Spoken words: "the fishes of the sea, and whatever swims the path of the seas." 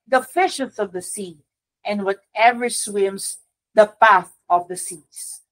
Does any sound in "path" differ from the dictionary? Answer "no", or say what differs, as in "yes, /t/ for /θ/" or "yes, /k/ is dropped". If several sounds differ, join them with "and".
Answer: no